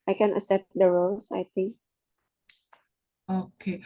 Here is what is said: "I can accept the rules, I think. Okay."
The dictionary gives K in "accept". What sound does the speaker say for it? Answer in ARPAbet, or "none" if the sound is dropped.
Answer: none